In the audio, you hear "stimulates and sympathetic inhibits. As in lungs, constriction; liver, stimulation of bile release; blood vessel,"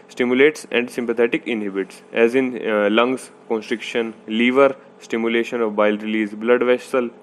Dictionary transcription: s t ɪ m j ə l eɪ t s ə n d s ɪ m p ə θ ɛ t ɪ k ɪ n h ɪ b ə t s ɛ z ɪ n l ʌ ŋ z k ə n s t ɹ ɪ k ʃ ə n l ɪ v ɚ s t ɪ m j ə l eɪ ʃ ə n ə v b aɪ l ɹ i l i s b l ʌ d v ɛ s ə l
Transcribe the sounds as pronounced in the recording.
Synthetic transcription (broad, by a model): s t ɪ m j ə l eɪ t s ə n d s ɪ m p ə t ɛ t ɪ k ɪ n h ɪ b ə t s ɛ z ɪ n l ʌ ŋ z k ə n s t ɹ ɪ k ʃ ə n l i v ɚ s t ɪ m j ə l eɪ ʃ ə n ə v b aɪ l ɹ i l i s b l ʌ d v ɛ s ə l